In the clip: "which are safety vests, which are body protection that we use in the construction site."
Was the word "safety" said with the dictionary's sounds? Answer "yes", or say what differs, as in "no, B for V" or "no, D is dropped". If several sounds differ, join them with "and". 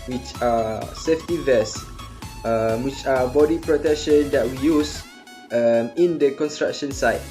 yes